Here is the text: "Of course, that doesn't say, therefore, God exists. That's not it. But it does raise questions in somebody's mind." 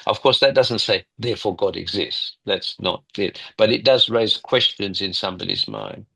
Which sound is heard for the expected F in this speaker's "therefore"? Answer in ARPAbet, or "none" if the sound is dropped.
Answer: F